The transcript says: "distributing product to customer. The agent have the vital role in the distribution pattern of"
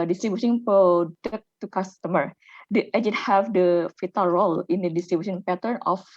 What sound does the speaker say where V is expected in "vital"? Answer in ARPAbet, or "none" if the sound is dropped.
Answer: F